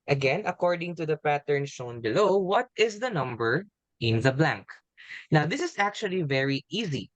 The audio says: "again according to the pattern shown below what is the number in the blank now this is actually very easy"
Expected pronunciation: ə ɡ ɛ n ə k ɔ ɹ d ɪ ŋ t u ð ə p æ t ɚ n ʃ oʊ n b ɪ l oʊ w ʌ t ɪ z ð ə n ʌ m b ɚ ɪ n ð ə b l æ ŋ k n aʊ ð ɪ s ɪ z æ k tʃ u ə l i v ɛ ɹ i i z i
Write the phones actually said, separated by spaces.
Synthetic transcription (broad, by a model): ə ɡ ɛ n ə k ɔ ɹ d ɪ ŋ t u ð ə p æ t ɚ n ʃ oʊ n b ɪ l oʊ w ʌ t ɪ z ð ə n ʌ m b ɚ ɪ n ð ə b l æ ŋ k n aʊ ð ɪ s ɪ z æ k tʃ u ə l i v ɛ ɹ i i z i